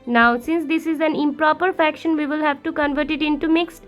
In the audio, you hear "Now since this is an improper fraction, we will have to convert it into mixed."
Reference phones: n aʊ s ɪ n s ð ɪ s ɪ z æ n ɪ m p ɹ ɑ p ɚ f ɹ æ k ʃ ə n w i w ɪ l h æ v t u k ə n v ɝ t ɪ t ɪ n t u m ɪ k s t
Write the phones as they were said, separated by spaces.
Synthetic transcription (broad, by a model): n aʊ s ɪ n s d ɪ s ɪ z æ n ɪ m p ɹ ɑ p ɚ f æ k ʃ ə n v i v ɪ l h æ v t u k ə n v ɝ t ɪ t ɪ n t u m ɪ k s t